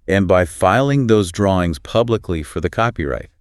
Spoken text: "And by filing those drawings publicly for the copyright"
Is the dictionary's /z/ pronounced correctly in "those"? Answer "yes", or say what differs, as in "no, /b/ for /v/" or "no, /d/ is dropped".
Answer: yes